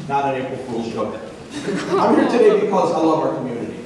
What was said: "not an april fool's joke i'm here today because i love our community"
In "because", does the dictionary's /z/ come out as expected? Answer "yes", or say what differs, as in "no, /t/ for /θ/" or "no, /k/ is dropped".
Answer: yes